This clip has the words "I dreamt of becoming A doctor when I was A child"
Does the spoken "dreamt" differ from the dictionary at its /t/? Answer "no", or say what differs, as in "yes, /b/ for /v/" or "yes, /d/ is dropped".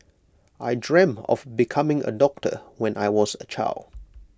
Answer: yes, /t/ is dropped